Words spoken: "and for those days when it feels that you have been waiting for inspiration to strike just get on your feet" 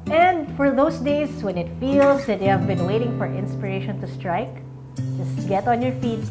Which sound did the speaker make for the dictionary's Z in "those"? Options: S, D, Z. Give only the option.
S